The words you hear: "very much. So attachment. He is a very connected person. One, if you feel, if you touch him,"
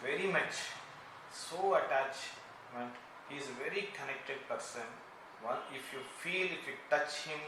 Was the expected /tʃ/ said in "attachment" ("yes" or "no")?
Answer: yes